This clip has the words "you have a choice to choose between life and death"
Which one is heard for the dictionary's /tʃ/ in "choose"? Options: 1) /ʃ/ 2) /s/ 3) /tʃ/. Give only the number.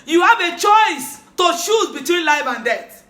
1